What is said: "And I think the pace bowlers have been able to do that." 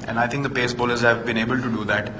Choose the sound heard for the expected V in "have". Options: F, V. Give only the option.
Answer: V